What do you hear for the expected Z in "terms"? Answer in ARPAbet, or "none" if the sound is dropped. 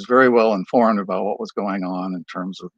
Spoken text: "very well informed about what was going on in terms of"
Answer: Z